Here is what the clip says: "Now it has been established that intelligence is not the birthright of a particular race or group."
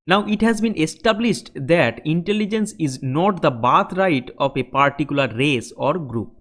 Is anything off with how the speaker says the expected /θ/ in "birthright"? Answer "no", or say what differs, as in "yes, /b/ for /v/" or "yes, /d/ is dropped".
yes, /t/ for /θ/